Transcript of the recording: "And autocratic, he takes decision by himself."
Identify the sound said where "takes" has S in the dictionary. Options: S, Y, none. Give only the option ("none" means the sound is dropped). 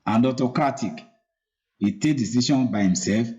none